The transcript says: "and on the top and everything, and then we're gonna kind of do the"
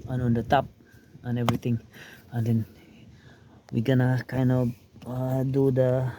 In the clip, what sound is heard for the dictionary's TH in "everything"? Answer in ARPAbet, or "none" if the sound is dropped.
T